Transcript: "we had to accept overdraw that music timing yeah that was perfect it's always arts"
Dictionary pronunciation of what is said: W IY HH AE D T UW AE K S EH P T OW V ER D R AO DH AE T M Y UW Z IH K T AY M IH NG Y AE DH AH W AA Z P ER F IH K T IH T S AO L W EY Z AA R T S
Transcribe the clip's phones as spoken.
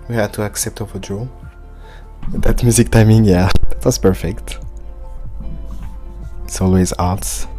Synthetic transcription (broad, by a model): W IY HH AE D T UW AE K S EH P T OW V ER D R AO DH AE T M Y UW Z IH K T AY M IH NG Y AE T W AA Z P ER F IH K T IH T S AO L W EY Z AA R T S